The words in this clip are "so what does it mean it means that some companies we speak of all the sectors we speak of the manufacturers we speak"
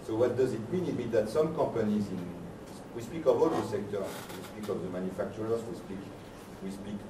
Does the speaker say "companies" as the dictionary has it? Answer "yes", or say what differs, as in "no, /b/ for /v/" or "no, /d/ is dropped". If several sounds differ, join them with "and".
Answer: no, /m/ is dropped